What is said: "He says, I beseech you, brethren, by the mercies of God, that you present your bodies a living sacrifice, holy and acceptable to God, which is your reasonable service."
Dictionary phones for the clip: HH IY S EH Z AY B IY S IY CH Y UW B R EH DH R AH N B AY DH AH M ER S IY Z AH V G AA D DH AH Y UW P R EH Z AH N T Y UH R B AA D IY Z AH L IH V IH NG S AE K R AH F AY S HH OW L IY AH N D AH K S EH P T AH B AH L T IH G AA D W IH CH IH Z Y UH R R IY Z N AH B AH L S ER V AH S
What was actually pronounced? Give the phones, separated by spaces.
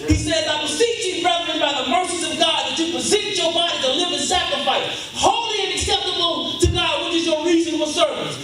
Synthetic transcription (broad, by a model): HH IY S EH Z AY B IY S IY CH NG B R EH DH R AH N B AY DH AH M ER S IY Z AH V G AA D DH AH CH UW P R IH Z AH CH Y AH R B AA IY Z AH L IH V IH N S AE K R AH F AY S HH OW L IY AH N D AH K S EH P T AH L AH N T IH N AA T W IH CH IH Z Y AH R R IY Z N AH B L S ER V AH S